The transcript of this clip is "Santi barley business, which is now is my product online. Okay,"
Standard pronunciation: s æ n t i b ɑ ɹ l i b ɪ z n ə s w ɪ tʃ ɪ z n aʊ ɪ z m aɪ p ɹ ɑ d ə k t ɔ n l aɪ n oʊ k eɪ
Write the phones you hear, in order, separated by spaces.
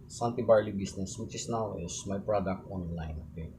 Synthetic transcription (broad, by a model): s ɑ n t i b ɑ ɹ l i b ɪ s n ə s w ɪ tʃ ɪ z n aʊ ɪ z m aɪ p ɹ ɑ d ə k t ɔ n l aɪ n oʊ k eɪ